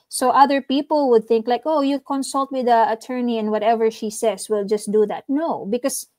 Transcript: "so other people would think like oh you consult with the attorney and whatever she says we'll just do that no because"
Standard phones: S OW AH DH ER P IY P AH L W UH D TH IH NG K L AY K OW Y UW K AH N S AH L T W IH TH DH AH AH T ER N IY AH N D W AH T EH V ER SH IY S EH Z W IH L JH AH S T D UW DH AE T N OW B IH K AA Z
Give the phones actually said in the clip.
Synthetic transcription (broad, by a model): S OW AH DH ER P IY P AH L W UH D TH IH NG K L AY K OW Y UW K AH N S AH L T W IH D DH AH AH T ER N IY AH N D W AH T EH V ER SH IY S EH S W IH L JH AH S T D UW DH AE T N OW B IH K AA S